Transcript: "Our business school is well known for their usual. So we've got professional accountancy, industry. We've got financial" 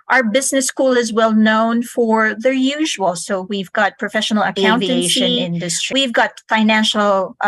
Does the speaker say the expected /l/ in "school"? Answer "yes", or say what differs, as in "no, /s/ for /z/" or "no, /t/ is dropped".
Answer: yes